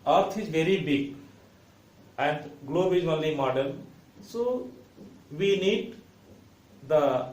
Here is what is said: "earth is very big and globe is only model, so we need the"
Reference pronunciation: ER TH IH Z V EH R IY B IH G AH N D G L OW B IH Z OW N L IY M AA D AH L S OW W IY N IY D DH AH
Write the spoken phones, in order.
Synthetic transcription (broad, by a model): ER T IH Z V EH R IY B IH G AH N D G L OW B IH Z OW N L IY M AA D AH N S OW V IY N IY D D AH